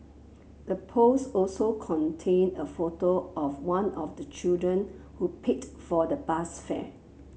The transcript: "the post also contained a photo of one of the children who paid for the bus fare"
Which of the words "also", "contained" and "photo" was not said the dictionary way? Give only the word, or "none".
contained